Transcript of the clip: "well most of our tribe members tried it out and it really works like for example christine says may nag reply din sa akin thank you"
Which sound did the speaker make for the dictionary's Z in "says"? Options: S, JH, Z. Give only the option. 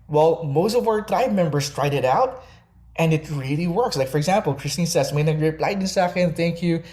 S